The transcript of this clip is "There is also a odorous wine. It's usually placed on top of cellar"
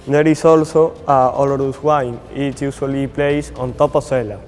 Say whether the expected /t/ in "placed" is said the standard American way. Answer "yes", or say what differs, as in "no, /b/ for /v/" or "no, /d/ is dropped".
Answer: no, /t/ is dropped